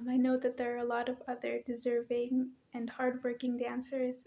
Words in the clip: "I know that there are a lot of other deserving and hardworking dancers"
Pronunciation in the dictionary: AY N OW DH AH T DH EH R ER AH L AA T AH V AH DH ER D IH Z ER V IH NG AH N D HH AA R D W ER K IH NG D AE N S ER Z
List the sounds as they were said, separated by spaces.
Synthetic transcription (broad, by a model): AY N OW DH AH T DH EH R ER AH L AA T AH V AH DH ER D IH Z ER V IH NG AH N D HH AA R D W ER K IH NG D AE N S ER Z